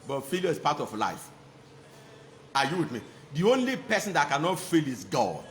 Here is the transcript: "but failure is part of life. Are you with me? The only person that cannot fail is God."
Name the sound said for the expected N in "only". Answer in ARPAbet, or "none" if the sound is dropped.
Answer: N